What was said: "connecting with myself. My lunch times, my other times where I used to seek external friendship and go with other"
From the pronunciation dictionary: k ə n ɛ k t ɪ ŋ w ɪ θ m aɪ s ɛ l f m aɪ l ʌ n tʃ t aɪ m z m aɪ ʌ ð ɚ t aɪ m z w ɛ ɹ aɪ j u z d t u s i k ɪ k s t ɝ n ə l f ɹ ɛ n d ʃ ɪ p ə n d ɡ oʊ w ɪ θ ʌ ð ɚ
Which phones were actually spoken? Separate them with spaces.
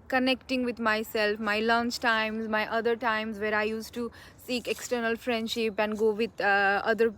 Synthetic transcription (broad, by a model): k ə n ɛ k t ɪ ŋ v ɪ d m aɪ s ɛ l f m aɪ l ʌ n tʃ t aɪ m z m aɪ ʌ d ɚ t aɪ m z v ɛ ɹ aɪ j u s t u s i k ɪ k s t ɝ n ə l f ɹ ɛ n d ʃ ɪ p ə n d ɡ oʊ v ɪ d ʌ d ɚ